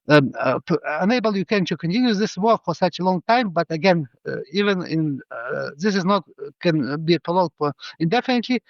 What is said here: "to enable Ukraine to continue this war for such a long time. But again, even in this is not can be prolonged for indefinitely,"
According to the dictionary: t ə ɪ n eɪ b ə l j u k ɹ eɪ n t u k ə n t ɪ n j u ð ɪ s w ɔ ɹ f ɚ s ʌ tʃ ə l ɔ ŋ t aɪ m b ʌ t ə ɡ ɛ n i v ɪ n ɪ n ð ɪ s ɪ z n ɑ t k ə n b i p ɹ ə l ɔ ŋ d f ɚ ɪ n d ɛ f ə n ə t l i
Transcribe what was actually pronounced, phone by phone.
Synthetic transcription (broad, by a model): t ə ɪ n eɪ b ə l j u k eɪ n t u k ə n t ɪ n j u ð ɪ s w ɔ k f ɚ s ʌ tʃ ə l ɔ ŋ t aɪ m b ʌ t ə ɡ ɛ n i v ɪ n ɪ n ð ɪ s ɪ z n ɑ t k ə n b i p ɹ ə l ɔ d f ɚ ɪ n d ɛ f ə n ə t l i